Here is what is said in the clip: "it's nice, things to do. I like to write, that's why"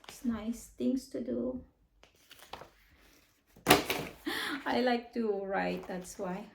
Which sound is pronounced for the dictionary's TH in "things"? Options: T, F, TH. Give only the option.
T